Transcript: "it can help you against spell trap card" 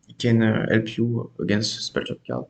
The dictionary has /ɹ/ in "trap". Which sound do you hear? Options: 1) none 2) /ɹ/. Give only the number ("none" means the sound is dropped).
1